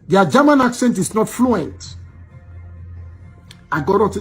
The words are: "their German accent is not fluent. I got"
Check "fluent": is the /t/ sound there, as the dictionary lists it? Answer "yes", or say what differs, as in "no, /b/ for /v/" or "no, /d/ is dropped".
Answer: yes